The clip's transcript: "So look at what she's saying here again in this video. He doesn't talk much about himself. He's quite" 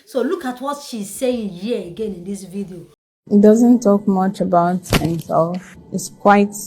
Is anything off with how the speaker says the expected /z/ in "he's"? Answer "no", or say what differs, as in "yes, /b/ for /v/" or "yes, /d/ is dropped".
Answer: yes, /s/ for /z/